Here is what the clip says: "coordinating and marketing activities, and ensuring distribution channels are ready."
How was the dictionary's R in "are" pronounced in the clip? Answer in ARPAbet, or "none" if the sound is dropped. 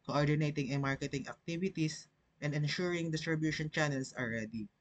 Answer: L